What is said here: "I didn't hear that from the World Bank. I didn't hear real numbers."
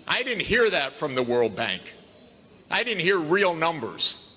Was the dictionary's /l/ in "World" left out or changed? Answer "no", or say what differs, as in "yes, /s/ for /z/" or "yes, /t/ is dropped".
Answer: no